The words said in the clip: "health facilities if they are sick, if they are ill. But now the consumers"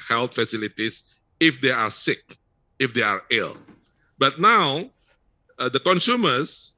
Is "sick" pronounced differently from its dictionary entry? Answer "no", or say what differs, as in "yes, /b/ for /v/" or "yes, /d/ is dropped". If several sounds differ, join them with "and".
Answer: no